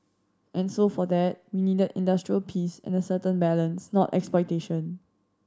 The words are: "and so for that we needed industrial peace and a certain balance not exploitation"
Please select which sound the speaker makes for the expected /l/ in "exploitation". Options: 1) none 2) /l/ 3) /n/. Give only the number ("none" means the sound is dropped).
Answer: 1